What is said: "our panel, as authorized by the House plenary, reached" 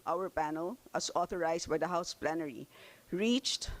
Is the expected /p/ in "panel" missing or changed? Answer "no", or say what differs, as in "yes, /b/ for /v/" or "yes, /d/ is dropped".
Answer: no